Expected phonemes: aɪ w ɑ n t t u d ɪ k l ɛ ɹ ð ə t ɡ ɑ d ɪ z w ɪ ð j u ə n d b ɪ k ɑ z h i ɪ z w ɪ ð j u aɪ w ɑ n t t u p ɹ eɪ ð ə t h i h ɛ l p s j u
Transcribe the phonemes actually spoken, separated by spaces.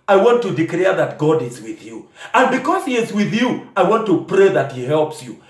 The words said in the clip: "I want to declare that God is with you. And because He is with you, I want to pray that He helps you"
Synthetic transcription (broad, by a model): aɪ w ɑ n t t u d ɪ k l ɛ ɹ ð ə t ɡ ɑ d ɪ z w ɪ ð j u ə n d b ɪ k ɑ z h i ɪ z w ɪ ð j u aɪ w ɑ n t t u p ɹ eɪ ð ə t h i h ɛ l p s j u